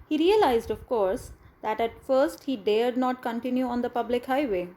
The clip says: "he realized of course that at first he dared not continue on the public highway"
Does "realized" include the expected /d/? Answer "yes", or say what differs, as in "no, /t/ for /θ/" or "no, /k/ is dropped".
yes